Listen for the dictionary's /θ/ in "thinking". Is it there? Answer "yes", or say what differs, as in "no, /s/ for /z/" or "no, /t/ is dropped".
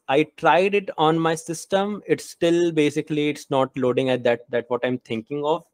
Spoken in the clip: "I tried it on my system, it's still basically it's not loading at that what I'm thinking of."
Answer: no, /t/ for /θ/